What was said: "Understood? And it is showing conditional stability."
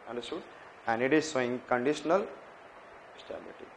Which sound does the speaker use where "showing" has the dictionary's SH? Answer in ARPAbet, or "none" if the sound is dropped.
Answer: S